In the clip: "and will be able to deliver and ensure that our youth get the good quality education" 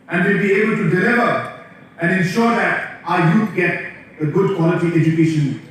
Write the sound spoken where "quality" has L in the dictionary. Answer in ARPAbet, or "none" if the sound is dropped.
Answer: L